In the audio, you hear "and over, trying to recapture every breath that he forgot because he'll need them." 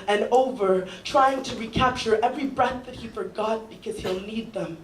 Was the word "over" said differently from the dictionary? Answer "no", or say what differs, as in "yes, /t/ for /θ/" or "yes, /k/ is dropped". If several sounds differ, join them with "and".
no